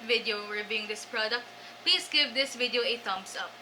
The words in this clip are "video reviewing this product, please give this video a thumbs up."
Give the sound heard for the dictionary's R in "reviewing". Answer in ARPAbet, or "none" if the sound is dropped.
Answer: W